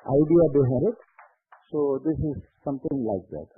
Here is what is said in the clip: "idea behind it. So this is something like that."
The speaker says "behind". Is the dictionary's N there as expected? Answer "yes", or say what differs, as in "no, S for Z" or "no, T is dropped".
no, N is dropped